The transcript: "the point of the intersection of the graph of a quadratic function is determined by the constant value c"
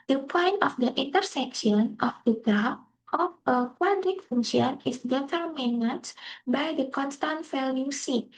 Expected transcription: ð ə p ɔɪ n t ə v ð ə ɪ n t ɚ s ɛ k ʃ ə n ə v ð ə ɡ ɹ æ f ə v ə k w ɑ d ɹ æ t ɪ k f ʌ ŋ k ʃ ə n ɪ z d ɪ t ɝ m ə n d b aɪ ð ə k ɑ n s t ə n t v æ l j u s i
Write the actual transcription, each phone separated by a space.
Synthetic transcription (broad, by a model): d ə p ɔɪ n t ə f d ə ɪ n t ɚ s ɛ k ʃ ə n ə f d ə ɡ ɹ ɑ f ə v ə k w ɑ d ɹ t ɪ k f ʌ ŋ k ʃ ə n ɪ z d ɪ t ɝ m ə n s b aɪ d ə k ɑ n s t ə n t f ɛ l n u s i